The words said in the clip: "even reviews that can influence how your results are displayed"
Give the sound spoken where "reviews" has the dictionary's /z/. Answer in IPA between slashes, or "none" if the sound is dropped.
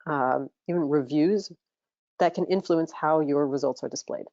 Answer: /z/